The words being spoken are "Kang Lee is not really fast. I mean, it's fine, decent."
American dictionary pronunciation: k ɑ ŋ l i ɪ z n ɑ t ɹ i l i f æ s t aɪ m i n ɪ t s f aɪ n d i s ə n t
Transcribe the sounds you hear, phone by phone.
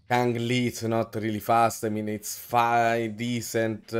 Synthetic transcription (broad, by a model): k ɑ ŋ l i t s n ɑ t ɹ i l i f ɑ s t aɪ m i n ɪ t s f aɪ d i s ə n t